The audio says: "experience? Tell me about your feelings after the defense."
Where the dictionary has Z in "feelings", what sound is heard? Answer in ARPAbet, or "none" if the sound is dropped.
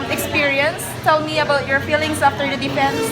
S